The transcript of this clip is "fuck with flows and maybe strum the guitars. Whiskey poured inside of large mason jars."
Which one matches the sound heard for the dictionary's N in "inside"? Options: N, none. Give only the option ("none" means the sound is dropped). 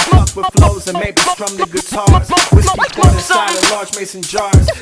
none